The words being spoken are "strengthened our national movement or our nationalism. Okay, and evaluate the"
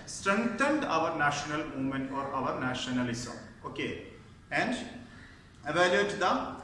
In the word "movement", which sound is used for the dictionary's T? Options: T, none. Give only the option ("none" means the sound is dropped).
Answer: none